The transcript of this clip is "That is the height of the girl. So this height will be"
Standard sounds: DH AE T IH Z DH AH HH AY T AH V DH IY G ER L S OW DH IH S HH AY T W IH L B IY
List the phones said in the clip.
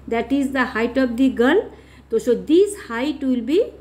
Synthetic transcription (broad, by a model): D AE T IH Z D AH HH AY T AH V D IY G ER L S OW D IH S HH AY T W IH L B IY